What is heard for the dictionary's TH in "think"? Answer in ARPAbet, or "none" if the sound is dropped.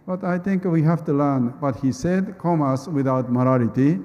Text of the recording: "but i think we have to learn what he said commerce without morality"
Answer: T